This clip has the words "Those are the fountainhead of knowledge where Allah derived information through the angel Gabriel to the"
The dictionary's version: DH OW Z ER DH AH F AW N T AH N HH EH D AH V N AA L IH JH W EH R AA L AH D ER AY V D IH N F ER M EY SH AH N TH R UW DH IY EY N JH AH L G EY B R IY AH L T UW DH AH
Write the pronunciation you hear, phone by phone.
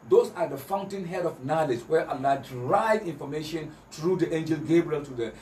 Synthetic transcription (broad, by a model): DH OW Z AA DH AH F AW N T AH N HH EH D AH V N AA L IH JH W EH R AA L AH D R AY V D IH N F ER M EY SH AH N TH R UW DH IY EY N JH AH L G EY B R IY AH L T UW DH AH